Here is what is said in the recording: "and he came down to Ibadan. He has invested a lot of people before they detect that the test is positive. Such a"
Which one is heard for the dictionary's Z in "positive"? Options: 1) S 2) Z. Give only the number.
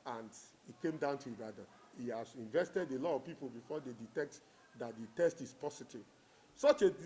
1